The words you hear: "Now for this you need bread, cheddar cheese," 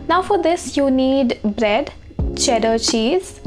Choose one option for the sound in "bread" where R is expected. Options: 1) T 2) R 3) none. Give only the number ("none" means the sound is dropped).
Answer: 2